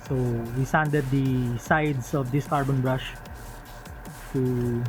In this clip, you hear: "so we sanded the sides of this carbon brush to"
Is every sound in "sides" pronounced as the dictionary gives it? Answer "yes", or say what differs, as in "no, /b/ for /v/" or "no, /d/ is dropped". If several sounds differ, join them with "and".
no, /s/ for /z/